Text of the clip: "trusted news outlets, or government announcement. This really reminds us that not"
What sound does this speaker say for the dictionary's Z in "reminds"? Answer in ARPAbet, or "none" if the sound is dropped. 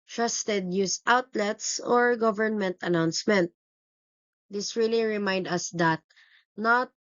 none